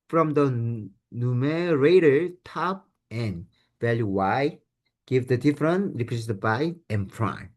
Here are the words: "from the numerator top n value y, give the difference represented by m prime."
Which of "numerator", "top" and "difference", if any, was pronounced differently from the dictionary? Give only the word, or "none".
difference